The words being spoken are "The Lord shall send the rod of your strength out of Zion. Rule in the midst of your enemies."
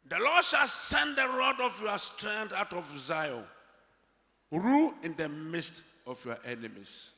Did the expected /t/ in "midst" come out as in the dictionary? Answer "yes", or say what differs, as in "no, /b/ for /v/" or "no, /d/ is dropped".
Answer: yes